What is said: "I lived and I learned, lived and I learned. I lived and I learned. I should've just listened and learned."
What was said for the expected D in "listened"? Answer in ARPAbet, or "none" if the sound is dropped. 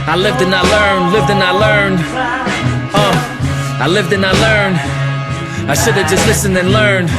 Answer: none